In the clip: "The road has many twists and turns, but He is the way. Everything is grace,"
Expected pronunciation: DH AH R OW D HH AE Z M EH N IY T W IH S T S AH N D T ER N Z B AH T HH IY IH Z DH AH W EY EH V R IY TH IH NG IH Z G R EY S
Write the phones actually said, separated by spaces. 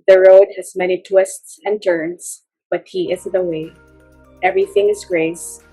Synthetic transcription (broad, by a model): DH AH R OW D HH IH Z M EH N IY T W IH S T S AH N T ER N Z B AH T HH IY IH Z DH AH W EY EH V R IY TH IH NG IH Z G R EY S